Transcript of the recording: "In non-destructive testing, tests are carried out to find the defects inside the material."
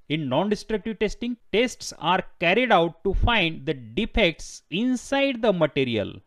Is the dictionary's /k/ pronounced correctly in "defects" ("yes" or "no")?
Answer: yes